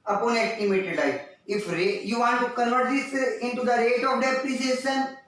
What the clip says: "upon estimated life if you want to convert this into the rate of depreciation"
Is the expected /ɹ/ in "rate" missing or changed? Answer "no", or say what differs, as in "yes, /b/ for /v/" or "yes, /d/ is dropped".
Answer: no